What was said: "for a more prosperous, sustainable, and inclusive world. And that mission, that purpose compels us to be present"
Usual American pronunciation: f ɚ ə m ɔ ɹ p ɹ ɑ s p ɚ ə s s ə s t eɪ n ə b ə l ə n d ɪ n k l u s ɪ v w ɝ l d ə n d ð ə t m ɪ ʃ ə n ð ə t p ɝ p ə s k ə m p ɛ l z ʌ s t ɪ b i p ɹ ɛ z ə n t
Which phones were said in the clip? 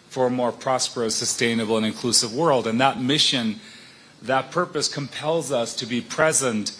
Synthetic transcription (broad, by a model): f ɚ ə m ɔ ɹ p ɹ ɑ s p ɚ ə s s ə s t eɪ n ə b l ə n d ɪ n k l u s ɪ v w ɝ l d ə n ð ə t m ɪ ʃ ə n ð ə t p ɝ p ə s k ə m p ɛ l z ʌ s t ɪ b i p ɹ ɛ z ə n t